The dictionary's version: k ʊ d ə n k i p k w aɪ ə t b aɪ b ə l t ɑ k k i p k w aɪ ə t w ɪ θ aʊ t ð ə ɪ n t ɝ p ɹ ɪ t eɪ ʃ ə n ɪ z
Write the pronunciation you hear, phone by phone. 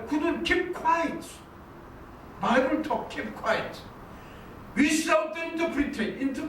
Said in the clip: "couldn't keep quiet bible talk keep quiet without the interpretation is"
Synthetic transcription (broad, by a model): k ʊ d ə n k i p k w aɪ ə t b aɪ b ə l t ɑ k k i p k w aɪ ə t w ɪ s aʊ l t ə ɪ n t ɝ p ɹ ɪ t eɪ ə n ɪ